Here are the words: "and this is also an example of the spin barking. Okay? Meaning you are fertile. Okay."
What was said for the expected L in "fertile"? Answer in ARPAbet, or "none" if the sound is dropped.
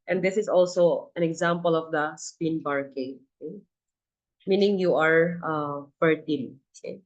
N